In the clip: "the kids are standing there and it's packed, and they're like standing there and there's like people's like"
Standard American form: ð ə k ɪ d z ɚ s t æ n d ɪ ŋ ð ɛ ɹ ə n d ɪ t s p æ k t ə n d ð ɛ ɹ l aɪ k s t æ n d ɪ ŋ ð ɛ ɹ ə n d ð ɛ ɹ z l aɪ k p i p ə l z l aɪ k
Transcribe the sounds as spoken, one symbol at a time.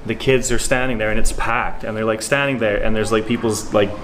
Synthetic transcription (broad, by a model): ð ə k ɪ d z ɚ s t æ n d ɪ ŋ ð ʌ ɹ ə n ɪ t s p æ k t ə n ð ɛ ɹ l aɪ k s t æ n d ɪ ŋ ð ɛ ɹ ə n ð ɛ ɹ z l aɪ k p i p l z l aɪ k